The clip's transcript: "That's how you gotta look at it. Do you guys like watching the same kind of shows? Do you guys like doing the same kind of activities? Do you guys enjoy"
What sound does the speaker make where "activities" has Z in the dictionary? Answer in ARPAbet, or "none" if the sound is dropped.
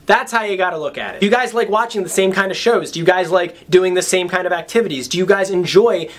Z